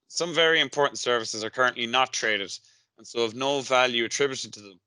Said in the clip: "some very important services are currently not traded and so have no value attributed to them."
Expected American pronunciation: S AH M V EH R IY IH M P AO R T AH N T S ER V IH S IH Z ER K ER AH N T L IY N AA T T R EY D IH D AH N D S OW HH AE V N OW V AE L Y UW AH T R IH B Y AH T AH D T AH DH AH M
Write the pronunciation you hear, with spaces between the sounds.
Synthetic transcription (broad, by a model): S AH M V EH R IY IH M P AO R T N T S ER V IH S IH Z ER K ER AH N T L IY N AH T T R EY D IH D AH N S OW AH V N OW V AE L Y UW AH T R IH B Y AH T AH D T AH DH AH M